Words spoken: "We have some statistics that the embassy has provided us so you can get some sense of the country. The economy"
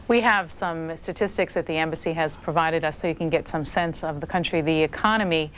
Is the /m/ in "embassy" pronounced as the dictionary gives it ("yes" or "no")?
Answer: yes